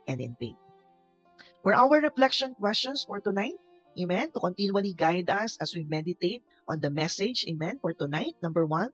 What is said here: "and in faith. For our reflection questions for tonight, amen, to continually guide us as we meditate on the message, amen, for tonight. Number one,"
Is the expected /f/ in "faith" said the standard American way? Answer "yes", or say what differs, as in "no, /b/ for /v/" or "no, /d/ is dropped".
no, /p/ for /f/